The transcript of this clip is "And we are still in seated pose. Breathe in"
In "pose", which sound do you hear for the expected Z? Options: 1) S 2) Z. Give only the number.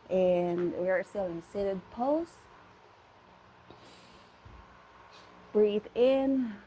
1